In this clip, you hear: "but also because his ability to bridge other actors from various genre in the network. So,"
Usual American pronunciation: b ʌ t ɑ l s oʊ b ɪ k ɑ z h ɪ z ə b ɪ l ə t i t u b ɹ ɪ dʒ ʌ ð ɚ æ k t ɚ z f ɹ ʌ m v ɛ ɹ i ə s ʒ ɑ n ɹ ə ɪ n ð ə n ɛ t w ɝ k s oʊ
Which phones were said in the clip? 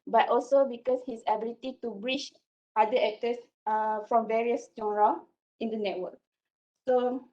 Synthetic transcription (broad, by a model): b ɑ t ɑ l s oʊ b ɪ k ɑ s h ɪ s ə b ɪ l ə t i t u b ɹ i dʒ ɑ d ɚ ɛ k t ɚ s f ɹ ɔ m v ɛ ɹ i ə s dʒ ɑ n ɹ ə ɪ n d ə n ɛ t w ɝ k s oʊ